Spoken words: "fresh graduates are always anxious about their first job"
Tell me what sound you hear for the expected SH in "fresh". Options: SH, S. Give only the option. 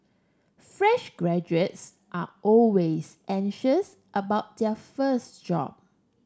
SH